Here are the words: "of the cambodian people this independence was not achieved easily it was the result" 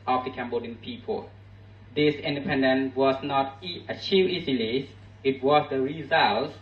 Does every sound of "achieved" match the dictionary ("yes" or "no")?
no